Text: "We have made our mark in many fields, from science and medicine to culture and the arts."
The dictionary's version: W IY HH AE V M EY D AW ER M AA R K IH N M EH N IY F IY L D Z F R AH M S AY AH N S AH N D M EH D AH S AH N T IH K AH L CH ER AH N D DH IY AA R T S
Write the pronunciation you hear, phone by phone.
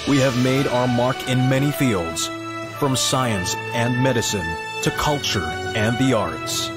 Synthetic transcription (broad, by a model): W IY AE V M EY D AW ER M AA R K IH N M EH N IY F IY L D Z F R AH M S AY AH N S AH N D M EH D AH S AH N T IH K AH L CH ER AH N DH IY AA R T S